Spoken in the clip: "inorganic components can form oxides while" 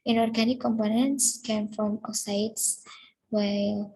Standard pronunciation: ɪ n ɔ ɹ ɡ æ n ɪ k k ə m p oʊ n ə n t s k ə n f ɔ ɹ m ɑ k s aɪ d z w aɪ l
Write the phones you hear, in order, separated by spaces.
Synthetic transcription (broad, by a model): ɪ n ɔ ɹ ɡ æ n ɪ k k ə m p oʊ n ə n t s k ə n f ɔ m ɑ s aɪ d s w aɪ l